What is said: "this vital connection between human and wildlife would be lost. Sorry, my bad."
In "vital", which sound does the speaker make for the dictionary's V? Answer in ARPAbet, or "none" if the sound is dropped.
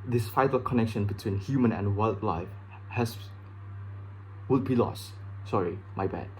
F